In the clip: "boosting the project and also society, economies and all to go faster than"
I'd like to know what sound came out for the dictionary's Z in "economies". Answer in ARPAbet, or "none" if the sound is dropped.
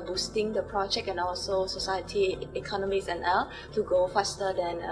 S